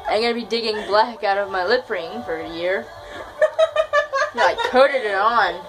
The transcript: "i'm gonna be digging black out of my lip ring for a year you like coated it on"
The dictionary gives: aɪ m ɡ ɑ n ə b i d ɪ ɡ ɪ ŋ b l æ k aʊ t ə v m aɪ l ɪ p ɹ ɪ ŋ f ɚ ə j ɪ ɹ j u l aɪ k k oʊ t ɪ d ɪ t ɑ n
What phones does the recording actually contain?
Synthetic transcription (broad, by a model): aɪ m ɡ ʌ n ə b i d ɪ ɡ ɪ ŋ b l æ k aʊ t ə v m aɪ l ɪ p ɹ ɪ ŋ f ɚ ə j ɪ ɹ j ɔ aɪ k k oʊ t ɪ d ɪ t n